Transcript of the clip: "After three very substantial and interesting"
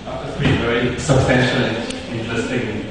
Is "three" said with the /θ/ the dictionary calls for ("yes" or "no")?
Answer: no